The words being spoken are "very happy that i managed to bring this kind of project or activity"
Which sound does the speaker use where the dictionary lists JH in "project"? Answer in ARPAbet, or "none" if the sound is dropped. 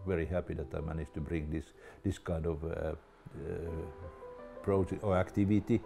none